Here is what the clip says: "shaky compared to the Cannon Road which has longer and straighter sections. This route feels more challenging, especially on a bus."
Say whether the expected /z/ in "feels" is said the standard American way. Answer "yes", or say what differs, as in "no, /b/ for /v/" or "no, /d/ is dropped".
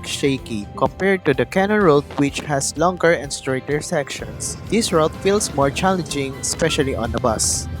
no, /s/ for /z/